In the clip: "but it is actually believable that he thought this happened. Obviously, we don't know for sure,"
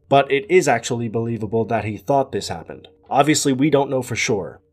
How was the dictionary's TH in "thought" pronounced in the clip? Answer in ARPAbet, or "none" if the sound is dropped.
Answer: TH